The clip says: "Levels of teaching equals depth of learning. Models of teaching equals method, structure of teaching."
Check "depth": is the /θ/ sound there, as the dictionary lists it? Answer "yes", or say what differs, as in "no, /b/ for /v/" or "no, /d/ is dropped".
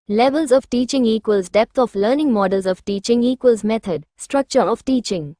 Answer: no, /t/ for /θ/